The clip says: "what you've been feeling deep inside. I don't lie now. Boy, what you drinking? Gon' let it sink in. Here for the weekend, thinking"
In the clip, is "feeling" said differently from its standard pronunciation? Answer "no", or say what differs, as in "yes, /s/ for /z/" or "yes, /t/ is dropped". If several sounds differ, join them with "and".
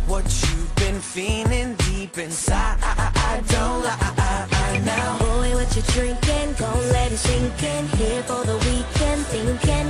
yes, /n/ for /l/